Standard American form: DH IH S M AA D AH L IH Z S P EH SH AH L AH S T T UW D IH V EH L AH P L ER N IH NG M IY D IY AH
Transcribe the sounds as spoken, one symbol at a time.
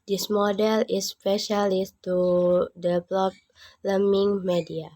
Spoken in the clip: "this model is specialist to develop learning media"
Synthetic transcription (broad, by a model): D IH S M AA D AH L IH S P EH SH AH L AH S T T UW D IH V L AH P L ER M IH NG M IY D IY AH